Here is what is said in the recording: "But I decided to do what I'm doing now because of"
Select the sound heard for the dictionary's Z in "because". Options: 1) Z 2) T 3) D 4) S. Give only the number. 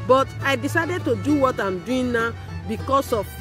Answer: 4